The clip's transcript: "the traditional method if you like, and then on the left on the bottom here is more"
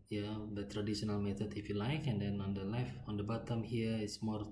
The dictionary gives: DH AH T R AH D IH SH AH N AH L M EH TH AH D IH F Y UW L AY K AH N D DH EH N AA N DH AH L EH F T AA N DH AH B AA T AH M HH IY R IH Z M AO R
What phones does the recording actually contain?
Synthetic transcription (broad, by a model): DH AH T R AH D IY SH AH N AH L M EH T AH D IH F Y UW L AY K AH N D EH N AA N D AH L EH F AA N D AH B AA T AH M HH IY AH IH S M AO R